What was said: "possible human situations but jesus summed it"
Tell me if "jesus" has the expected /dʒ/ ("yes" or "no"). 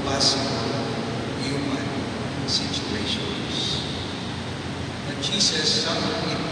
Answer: no